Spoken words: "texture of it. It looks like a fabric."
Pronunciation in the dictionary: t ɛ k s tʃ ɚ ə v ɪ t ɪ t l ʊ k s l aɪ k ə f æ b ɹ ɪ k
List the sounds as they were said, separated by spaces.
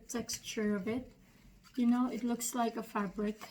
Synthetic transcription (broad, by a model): t ɛ k s tʃ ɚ ə v ɪ t ɪ t l ʊ k s l aɪ k ə f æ b ɹ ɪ k